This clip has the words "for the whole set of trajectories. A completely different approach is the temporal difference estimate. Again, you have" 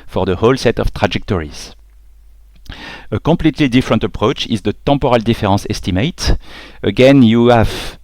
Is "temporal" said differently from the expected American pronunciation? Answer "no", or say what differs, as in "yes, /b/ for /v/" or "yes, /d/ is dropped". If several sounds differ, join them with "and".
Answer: yes, /m/ is dropped